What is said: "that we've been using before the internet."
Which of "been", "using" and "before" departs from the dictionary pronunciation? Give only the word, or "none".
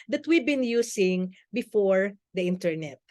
using